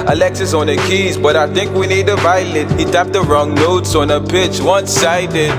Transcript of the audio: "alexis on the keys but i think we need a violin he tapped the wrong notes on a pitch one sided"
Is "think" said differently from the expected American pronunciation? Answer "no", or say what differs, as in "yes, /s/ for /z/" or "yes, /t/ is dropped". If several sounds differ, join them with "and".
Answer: no